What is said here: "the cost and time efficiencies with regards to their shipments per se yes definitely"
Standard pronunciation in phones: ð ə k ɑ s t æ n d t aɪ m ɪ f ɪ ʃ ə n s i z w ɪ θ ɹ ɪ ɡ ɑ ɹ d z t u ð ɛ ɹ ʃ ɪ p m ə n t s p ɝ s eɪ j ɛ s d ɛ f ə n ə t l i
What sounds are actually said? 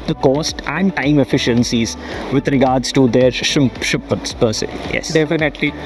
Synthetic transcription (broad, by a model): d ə k ɑ s t æ n d t aɪ m ɪ f ɪ ʃ ə n s i z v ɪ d ɹ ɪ ɡ ɑ ɹ d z t u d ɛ ɹ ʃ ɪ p ə t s p ɝ s eɪ j ɛ s d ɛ f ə n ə t l i